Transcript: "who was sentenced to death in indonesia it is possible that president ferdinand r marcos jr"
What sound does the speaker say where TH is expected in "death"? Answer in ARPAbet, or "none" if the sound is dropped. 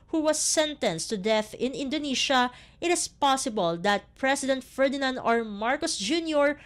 TH